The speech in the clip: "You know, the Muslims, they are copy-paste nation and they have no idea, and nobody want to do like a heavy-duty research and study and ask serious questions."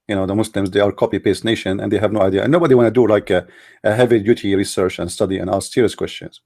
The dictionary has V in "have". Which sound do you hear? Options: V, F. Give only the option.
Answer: V